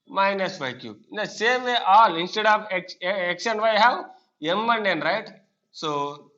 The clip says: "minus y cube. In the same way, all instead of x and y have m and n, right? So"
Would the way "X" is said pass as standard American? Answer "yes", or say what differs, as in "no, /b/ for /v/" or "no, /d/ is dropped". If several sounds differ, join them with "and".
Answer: no, /ʃ/ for /s/